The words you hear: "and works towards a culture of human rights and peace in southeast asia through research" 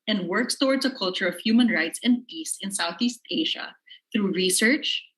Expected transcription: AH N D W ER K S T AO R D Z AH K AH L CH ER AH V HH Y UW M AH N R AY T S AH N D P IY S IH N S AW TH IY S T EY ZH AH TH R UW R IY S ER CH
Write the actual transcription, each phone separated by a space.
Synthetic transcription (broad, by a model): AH N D W ER K S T AO R D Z AH K AH L CH ER AH V HH Y UW M AH N R AY T S AH N D P IY S IH N S AW TH IY S T EY ZH AH TH R UW R IY S ER CH